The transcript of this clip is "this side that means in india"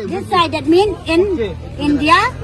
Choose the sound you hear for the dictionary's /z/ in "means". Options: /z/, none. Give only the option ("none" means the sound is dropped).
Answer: none